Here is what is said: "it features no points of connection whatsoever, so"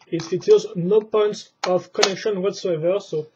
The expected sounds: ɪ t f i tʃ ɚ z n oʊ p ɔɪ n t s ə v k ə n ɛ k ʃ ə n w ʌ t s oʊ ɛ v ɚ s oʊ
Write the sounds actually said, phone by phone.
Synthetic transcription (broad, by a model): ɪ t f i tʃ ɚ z n oʊ p ɔɪ n t s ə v k ə n ɛ k ʃ ə n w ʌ t s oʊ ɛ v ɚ s oʊ